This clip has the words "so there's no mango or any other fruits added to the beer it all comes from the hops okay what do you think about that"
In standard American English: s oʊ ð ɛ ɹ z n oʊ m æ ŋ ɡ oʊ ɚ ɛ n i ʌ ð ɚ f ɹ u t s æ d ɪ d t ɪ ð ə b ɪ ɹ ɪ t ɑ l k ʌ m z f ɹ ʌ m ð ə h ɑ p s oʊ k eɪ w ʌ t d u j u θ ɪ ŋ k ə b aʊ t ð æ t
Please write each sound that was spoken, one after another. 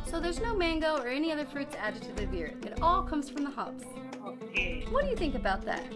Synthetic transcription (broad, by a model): s oʊ ð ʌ ɹ z n oʊ m æ ŋ ɡ oʊ ɚ ɛ n i ʌ ð ɚ f ɹ u t s æ d ɪ d t ɪ ð ə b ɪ ɹ ɪ t ɑ l k ʌ m z f ɹ ʌ m ð ə h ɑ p s oʊ k eɪ w ʌ t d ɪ j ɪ θ ɪ ŋ k ə b aʊ t ð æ t